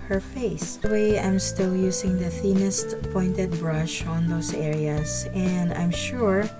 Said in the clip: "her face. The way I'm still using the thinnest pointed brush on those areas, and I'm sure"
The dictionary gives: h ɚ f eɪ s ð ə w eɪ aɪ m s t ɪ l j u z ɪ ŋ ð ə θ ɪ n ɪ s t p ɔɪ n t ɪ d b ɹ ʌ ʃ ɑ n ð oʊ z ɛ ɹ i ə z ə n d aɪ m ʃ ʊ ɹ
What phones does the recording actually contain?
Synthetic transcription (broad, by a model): h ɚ f eɪ s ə w eɪ aɪ m s t ɪ l j u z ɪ ŋ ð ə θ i n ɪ s t p ɔɪ n t ɪ d b ɹ ʌ ʃ ɑ n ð oʊ s ɛ ɹ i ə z ə n d aɪ m ʃ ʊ ɹ